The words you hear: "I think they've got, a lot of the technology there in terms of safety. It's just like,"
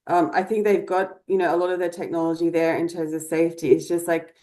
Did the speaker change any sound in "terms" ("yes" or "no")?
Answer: no